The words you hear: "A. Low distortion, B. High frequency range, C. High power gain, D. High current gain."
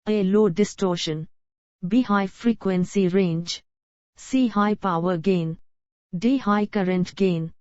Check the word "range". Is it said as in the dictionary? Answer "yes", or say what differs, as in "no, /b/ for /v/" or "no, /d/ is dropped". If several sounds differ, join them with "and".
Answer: yes